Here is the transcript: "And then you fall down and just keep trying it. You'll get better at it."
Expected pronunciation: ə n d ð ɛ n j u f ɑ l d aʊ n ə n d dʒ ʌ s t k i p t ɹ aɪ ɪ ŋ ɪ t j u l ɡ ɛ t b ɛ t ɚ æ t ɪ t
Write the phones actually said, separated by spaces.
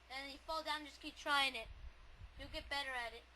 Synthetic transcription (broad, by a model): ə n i f ɑ l d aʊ ə n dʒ ʌ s k i p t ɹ aɪ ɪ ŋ ɪ t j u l ɡ ɛ t b ɛ t ɚ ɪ t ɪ t